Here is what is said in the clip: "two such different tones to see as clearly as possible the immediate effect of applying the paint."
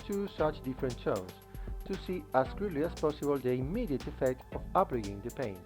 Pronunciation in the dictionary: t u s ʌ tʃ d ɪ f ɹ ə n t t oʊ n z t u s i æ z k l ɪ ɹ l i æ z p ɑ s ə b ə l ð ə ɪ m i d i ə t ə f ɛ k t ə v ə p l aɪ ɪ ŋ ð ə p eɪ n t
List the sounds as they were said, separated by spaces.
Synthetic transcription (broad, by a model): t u s ʌ tʃ d ɪ f ɹ ə n t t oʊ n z t u s i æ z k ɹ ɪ l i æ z p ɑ s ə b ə l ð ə ɪ m i d i ə t ə f ɛ k t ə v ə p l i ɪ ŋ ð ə p eɪ n